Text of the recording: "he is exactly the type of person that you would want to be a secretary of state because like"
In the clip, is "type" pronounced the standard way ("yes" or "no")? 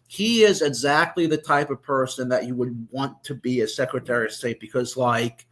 yes